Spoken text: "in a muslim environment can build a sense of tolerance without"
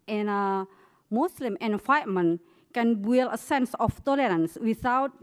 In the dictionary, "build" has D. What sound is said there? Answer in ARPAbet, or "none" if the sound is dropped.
none